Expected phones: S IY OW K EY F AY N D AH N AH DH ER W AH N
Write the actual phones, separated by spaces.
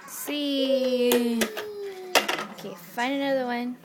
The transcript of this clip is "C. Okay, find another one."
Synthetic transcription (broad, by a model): S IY OW K EY F AY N AH N AH DH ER W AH N